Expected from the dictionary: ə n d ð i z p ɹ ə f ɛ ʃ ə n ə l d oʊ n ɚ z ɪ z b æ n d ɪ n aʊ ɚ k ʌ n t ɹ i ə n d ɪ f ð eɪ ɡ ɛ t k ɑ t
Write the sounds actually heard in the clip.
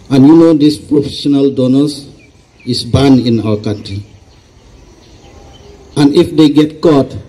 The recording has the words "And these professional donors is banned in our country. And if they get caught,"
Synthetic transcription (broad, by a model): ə n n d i s p ɹ ə f ɛ ʃ ə n ə l d oʊ n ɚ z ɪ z b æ n ɪ n aʊ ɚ k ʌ n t ɹ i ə n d ɪ f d eɪ ɡ ɛ t k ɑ t